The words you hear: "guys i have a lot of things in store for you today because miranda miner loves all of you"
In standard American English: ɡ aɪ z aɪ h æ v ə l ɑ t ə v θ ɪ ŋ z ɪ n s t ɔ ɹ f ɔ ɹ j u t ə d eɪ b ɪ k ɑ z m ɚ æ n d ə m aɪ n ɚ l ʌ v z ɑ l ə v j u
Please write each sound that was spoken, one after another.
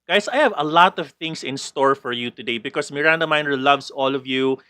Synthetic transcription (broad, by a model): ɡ aɪ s aɪ h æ v ə l ɑ t ə v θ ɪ ŋ s ɪ n s t ɔ ɹ f ɔ ɹ j u t ə d eɪ b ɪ k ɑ s m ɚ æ n d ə m aɪ n ɚ l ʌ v s ɑ l ə v j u